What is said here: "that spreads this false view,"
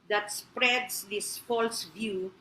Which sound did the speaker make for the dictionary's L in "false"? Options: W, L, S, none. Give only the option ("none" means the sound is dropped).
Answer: L